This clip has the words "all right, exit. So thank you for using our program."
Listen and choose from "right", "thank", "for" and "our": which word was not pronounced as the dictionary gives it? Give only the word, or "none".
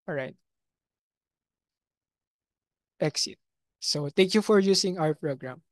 thank